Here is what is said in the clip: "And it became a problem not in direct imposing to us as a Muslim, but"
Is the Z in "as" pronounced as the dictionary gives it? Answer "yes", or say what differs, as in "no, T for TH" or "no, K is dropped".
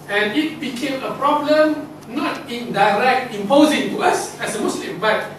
no, S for Z